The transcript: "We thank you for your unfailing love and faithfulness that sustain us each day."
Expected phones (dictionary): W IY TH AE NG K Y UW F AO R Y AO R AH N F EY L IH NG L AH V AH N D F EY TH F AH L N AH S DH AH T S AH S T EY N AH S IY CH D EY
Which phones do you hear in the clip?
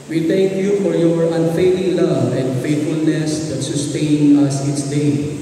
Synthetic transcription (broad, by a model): W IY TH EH NG K Y UW F AO R Y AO R AH N F EY L IH NG L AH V AH N D F EY T F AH L N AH S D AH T S AH S T EY N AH S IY S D EY